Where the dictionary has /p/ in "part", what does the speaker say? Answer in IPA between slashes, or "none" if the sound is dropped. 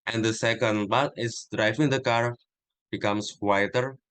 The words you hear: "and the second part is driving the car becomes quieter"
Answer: /b/